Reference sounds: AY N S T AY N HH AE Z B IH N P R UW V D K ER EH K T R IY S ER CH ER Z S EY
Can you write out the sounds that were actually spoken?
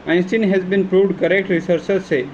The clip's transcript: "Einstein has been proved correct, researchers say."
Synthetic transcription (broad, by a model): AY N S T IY N HH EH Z B IH N P R UW V D K ER EH K T R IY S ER S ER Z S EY